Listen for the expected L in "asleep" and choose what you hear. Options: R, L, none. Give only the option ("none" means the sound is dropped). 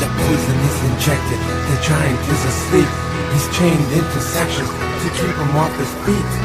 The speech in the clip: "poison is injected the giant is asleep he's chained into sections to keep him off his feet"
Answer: L